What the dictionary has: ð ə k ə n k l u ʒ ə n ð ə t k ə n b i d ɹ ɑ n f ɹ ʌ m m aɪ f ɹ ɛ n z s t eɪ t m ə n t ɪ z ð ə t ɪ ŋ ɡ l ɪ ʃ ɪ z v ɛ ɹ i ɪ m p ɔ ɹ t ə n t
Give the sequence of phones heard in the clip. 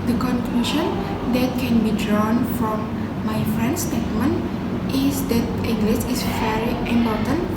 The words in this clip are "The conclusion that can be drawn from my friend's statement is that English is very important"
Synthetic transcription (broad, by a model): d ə k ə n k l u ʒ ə n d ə t k ə n b i d ɹ ɑ n f ɹ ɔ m m aɪ f ɹ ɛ n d s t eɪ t m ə n t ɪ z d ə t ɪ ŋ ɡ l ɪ s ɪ s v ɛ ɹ i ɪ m p ɔ t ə n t